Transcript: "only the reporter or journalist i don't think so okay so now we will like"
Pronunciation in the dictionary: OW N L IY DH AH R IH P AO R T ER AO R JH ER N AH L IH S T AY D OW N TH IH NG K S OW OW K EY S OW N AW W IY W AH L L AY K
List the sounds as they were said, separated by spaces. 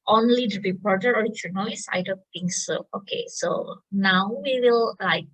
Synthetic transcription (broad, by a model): OW N L IY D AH R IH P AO R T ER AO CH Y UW N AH IH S AY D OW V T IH NG S OW OW K EY S OW N AW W IY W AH L L AY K